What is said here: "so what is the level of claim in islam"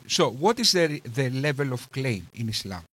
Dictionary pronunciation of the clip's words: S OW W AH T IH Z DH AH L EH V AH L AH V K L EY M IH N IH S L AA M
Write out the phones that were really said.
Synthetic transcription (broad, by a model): S OW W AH T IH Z DH AH L EH V AH L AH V K L EY M IH N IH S L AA M